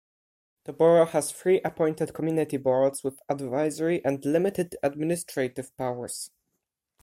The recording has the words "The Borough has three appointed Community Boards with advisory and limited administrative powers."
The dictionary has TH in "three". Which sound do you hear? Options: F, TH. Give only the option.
F